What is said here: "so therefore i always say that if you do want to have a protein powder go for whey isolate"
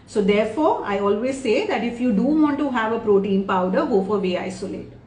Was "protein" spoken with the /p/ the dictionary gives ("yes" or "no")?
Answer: yes